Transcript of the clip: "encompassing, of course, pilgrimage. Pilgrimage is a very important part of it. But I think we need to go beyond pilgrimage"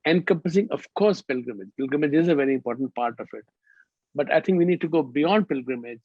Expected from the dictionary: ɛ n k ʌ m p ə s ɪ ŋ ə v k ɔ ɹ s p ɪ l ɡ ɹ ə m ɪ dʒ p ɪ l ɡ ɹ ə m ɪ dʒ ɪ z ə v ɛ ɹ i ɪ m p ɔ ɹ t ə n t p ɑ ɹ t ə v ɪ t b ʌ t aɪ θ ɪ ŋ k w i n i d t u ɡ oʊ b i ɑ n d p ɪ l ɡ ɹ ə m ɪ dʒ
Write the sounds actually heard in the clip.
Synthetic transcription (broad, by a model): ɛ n k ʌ m p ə s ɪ ŋ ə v k ɔ ɹ s p ɪ l ɡ ɹ ə m ɪ dʒ p ɪ l ɡ ɹ ə m ɪ dʒ ɪ z ə v ɛ ɹ i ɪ m p ɔ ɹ t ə n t p ɑ ɹ t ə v ɪ t b ʌ t aɪ t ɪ ŋ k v i n i d t u ɡ oʊ b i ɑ n d p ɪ l ɡ ɹ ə m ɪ dʒ